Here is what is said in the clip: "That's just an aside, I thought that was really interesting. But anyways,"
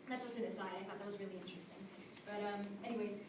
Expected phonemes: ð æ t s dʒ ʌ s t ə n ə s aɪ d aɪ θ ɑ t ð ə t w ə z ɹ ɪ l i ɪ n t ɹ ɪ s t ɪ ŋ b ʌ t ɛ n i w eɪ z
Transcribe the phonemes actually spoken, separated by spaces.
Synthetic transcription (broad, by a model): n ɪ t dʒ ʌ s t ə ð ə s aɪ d aɪ f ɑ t ð ə t w ə z ɹ ɪ l i ɪ n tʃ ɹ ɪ s t ɪ ŋ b ʌ t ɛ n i w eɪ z